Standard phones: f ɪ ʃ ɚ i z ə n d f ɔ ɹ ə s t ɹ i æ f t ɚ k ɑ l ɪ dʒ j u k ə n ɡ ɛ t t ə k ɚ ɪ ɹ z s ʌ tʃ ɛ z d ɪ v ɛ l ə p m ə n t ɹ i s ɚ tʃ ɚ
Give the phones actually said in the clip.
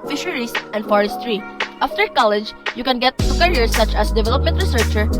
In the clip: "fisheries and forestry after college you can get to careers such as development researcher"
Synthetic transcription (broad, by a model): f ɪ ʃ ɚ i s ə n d f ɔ ɹ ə s t ɹ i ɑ f t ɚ k ɑ l ɪ dʒ j u k ə n ɡ ɛ t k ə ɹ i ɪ ɹ s ʌ tʃ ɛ s d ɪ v ɛ l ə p m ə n t ɹ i s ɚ tʃ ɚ